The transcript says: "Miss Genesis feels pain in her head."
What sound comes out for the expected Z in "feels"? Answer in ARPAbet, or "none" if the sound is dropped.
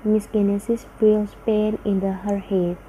S